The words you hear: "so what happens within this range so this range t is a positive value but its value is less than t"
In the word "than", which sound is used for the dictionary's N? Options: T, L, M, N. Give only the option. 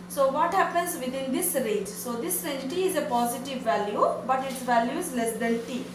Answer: L